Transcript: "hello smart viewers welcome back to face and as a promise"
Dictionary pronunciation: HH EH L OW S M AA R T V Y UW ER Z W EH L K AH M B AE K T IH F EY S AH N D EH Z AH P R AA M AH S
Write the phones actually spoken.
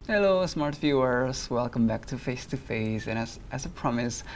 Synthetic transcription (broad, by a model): HH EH L OW S M AA R T F Y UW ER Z W EH L K AH M B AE K T IH F EY S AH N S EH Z AH P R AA M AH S